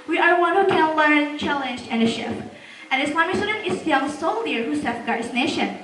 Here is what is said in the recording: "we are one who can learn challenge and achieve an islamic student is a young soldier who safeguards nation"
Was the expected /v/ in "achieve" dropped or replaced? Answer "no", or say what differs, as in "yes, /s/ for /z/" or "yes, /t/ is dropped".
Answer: yes, /p/ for /v/